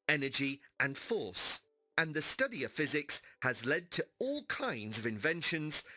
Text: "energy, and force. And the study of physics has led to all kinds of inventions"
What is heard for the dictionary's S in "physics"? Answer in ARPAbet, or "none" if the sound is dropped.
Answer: S